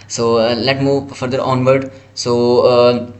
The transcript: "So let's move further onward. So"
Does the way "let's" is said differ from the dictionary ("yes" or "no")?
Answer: yes